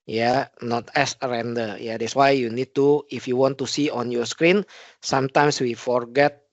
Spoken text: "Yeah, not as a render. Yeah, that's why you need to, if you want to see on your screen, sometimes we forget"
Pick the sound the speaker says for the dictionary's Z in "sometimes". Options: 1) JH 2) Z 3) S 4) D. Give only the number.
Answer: 3